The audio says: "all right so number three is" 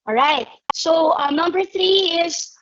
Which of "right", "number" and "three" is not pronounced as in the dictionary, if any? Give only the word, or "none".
none